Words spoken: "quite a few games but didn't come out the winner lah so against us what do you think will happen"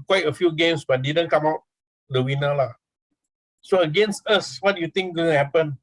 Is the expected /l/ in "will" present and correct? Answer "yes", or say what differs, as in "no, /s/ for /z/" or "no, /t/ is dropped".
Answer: no, /n/ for /l/